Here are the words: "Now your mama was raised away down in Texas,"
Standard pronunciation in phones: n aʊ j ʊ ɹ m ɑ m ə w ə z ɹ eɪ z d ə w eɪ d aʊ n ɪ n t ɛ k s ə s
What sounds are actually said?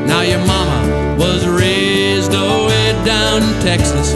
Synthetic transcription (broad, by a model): n aʊ j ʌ ɹ m ɑ m ə w ə z ɹ eɪ z d ə w eɪ d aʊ ɪ n t ɛ k s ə s